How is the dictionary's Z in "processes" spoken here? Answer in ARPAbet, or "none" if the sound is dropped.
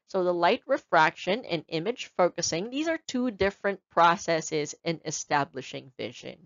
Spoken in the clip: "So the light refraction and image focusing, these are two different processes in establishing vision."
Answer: Z